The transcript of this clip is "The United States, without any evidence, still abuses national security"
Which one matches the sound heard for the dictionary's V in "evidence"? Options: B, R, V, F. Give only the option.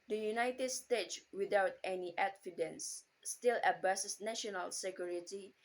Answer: F